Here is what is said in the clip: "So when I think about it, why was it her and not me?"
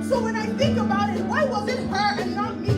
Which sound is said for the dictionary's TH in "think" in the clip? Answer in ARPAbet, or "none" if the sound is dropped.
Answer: TH